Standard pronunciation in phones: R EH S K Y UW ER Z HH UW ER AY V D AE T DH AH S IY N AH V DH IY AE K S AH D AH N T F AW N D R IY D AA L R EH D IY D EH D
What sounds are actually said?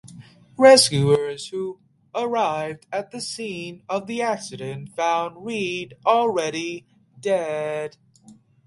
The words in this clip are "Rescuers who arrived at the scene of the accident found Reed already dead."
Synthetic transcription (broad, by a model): R EH S K Y UW ER Z HH UW ER AY V D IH T DH AH S IY N AH V DH IY AE K S AH D AH N T F AW N D R IY D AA L R EH D IY D EH D